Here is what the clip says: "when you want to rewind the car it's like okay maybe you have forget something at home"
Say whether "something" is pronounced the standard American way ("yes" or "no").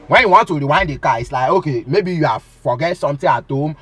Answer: no